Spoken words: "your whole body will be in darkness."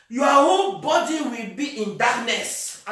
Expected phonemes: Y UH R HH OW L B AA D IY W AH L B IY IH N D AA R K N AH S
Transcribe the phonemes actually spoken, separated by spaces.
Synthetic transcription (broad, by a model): Y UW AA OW N B AA D IY W AH L B IY IH N D AA K N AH S